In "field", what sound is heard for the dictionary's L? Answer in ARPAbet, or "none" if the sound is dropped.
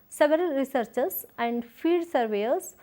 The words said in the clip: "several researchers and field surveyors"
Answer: none